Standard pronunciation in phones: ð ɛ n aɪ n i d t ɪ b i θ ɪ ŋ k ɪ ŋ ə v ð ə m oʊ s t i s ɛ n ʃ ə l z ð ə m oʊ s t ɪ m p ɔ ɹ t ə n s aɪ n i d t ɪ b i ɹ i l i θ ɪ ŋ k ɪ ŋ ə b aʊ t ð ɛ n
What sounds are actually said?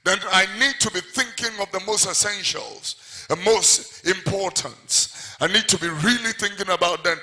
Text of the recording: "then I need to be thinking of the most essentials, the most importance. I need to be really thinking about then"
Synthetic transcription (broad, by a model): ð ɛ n aɪ n i d t ɪ b i θ ɪ ŋ k ɪ ŋ ə v ð ə m oʊ s t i s ɛ n ʃ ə l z ð ə m oʊ s t ɪ m p ɔ ɹ t ə n s aɪ n i d t ɪ b i ɹ i l i θ ɪ ŋ k ɪ ŋ ə b aʊ t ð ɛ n